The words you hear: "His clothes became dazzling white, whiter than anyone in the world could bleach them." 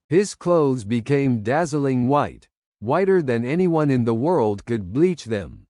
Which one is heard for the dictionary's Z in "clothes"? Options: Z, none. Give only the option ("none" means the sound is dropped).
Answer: Z